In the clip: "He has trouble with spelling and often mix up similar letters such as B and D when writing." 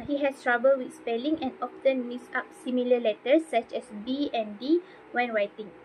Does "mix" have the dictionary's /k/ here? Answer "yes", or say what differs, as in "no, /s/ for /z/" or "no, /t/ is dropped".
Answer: no, /k/ is dropped